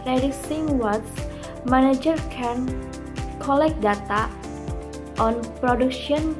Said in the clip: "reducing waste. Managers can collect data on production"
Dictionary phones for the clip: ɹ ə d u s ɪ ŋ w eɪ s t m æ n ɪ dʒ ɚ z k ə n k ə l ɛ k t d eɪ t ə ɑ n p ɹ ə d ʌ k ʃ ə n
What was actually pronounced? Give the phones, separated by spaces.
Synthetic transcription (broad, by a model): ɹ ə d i s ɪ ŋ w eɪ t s m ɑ n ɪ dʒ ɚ k ə n k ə l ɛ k d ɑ t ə ɑ n p ɹ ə d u k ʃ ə n